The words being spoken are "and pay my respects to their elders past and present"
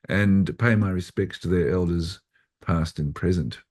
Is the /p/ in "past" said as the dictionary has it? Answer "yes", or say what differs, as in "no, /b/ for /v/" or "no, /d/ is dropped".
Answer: yes